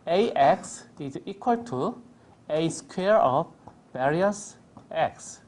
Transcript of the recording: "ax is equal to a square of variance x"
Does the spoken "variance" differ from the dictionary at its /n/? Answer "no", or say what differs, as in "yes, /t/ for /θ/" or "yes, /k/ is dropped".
yes, /n/ is dropped